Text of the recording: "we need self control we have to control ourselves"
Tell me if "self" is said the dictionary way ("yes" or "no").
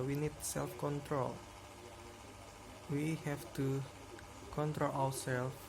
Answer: yes